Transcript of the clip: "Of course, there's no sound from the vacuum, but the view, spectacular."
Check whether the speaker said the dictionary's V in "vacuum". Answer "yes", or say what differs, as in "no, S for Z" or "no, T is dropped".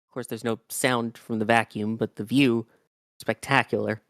yes